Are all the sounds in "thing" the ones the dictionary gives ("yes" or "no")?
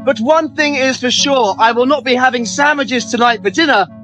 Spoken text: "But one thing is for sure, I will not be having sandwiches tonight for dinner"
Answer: yes